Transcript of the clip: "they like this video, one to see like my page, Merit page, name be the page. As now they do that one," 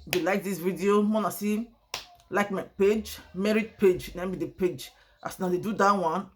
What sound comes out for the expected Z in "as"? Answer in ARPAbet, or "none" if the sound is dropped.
S